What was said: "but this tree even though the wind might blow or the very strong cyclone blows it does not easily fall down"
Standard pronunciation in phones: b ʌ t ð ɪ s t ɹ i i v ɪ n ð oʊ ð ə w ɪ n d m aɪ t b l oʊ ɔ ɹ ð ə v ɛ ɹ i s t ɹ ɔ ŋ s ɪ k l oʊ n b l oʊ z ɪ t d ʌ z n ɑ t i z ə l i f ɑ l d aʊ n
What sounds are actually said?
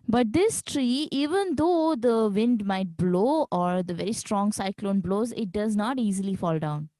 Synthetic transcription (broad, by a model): b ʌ t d ɪ s t ɹ i i v ɪ n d oʊ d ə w ɪ n d m aɪ t b l oʊ ɔ ɹ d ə v ɛ ɹ i s t ɹ ɔ ŋ s ɪ k l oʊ n b l oʊ z ɪ t d ʌ z n ɑ t i z ə l i f ɑ l d aʊ n